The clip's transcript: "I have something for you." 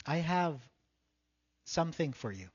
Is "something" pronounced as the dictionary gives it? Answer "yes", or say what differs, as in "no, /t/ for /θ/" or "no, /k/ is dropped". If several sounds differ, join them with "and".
yes